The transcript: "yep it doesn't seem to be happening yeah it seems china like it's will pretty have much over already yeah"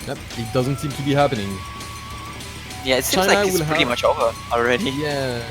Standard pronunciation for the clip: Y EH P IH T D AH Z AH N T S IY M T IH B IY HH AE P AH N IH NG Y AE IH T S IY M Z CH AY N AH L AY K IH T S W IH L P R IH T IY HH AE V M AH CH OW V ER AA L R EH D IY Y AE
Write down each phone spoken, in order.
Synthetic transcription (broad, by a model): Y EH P IH T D AH Z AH N T S IY M T IH B IY HH AE P AH N IH NG Y AE IH T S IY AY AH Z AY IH W IH L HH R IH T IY M AH CH OW V ER AA L R EH D IY Y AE